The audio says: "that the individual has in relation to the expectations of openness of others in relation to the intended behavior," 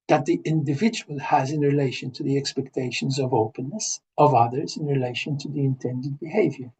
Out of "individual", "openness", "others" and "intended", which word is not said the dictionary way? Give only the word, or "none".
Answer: none